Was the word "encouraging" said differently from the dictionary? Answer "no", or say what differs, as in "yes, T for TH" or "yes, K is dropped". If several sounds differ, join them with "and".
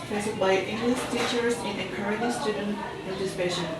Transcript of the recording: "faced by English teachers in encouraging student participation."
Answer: yes, N is dropped